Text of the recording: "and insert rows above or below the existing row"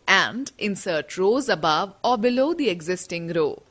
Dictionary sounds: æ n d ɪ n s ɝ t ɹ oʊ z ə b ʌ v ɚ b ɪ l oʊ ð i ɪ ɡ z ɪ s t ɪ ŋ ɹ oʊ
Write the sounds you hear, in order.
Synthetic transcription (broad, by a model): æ n d ɪ n s ɝ t ɹ oʊ z ə b ʌ v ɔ b ɪ l oʊ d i ɪ ɡ z ɪ s t ɪ ŋ ɹ oʊ